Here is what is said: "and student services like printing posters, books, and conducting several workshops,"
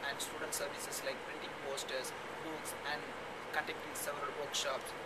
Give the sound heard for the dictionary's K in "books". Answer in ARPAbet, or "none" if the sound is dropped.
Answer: none